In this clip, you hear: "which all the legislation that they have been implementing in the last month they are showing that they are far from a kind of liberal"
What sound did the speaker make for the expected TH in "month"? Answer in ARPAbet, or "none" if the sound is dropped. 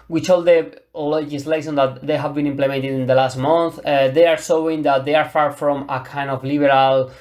TH